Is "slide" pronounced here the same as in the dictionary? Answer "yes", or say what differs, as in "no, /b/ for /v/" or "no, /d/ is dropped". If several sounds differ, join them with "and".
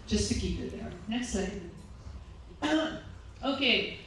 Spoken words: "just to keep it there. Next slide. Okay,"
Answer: no, /l/ is dropped